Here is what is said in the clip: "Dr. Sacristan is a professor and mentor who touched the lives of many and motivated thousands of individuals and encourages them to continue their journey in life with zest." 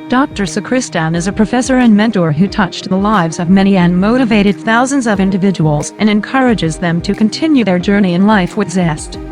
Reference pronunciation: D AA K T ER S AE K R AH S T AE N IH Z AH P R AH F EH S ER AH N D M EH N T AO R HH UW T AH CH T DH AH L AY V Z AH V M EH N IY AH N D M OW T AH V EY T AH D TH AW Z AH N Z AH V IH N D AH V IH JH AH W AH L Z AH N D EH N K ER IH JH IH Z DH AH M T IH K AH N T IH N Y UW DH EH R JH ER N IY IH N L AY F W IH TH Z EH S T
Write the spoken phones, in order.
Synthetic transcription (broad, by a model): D AA K T ER S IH K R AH S T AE N IH Z AH P R AH F EH S ER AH N M EH N T AO R HH UW T AH CH DH AH L AY V Z AH V M EH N IY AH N M OW T AH V EY T AH D TH AW Z AH N Z AH V IH N D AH V IH JH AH W L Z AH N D EH N K ER IH JH IH Z DH AH M T IH K AH N T IH N Y UW DH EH R JH ER N IY IH N L AY F W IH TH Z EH S T